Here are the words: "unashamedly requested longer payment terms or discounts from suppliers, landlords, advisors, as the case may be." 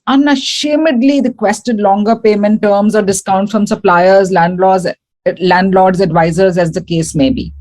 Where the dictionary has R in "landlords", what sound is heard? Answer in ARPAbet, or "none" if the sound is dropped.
L